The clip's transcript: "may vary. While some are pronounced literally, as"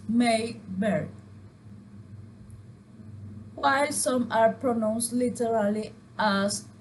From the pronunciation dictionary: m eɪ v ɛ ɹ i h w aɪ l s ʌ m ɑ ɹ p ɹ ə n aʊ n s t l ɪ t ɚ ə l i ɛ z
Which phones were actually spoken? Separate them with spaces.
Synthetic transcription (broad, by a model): m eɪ b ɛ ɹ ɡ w aɪ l s ʌ m ɑ ɹ p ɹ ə n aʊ n s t l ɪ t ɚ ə l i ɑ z